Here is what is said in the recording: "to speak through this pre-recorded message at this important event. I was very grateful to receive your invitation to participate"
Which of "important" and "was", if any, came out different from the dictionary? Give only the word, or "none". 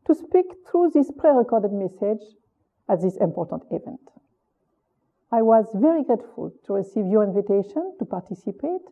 none